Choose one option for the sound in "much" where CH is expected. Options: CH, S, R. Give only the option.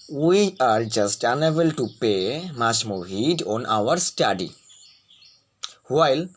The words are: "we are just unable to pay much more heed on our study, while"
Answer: S